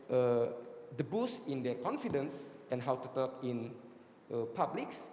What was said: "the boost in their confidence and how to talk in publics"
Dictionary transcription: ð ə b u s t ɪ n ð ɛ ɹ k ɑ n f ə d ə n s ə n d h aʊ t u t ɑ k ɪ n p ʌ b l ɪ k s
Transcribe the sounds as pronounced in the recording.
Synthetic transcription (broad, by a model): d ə b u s ɪ n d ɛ k ɑ n f ə d ə n s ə n h aʊ t u t ɑ k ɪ n p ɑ b l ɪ k s